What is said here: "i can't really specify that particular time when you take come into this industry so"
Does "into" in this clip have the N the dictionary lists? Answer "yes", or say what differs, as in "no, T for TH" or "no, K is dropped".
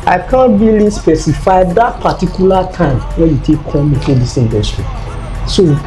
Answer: no, N is dropped